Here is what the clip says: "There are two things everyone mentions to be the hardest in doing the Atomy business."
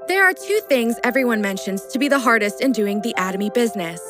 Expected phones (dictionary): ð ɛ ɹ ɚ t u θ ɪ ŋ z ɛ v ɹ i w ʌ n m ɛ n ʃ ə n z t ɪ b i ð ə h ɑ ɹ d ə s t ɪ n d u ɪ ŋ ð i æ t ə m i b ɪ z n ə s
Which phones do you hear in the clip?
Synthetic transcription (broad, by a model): ð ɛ ɹ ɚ t u θ ɪ ŋ z ɛ v ɹ i w ʌ n m ɛ n ʃ ə n z t ɪ b i ð ə h ɑ ɹ d ə s t ɪ n d u ɪ ŋ ð i æ t ə m i b ɪ z n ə s